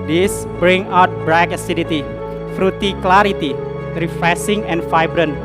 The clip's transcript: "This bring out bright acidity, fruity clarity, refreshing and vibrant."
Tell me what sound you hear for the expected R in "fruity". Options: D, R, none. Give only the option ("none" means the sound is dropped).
R